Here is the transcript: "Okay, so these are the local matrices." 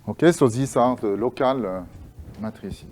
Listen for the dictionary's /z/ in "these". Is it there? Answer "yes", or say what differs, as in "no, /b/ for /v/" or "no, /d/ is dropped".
no, /s/ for /z/